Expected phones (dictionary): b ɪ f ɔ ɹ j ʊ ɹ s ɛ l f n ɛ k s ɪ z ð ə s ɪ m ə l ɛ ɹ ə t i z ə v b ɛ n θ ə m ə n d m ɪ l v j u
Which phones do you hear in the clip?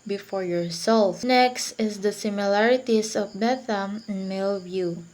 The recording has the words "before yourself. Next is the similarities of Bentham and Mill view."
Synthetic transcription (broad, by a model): b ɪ f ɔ ɹ j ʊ ɹ s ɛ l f n ɛ k s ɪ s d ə s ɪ m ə l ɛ ɹ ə t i s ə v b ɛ θ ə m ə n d m ɪ l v j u